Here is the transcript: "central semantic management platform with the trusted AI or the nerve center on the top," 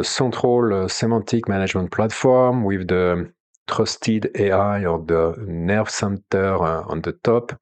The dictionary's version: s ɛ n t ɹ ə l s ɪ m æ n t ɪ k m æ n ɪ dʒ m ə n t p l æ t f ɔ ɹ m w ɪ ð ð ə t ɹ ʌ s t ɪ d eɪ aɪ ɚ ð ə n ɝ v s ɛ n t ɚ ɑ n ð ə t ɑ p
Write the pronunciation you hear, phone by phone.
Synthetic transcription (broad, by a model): s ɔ t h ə l s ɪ m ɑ t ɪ k m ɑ n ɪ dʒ m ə n t p l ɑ t f ɔ ɹ m w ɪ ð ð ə t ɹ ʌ s t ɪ d eɪ aɪ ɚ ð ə n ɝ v s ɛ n t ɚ ɑ n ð ə t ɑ p